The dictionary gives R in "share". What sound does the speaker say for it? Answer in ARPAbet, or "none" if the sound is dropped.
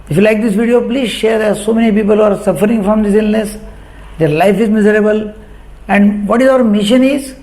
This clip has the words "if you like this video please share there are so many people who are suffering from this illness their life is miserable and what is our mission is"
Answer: R